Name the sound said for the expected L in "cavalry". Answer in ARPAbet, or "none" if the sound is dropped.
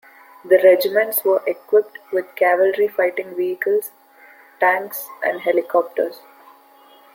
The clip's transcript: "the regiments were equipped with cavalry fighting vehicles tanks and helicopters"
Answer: L